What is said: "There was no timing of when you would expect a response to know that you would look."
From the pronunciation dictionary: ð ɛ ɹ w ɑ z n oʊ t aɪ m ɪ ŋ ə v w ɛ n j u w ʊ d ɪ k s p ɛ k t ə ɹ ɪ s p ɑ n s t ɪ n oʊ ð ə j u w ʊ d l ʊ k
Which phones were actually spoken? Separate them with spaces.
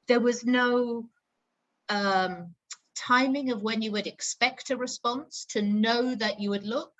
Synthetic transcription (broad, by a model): ð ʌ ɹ w ɑ z n oʊ t aɪ m ɪ ŋ ə v w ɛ n j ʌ w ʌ d ɪ k s p ɛ k t ə ɹ ɪ s p ɑ n s t ɪ n oʊ ð ə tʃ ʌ w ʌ d l ʊ k